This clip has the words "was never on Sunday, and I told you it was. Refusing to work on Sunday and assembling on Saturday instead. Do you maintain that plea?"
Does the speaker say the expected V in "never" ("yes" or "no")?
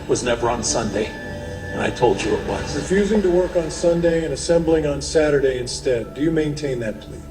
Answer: yes